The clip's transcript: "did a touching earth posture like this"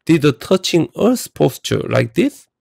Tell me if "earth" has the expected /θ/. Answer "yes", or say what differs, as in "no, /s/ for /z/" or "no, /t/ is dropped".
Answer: no, /s/ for /θ/